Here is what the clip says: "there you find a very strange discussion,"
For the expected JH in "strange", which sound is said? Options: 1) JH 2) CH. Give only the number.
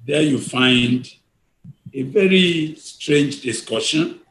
1